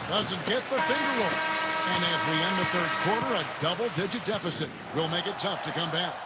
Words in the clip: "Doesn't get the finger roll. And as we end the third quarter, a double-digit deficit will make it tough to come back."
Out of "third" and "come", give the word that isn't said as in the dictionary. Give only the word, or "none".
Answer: none